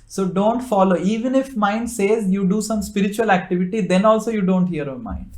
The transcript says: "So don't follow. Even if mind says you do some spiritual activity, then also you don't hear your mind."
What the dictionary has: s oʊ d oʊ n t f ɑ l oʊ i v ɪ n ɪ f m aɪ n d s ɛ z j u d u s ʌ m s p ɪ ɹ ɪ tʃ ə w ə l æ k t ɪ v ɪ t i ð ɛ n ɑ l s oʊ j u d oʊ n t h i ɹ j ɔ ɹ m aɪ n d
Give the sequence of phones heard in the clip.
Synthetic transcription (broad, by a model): s oʊ d oʊ n t f ɑ l oʊ i v ɪ n ɪ f m aɪ n d s ɛ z j u d u s ʌ m s p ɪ ɹ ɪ tʃ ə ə l æ k t ɪ v ɪ t i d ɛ n ɑ l s oʊ j u d oʊ n t h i ɹ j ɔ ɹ m aɪ n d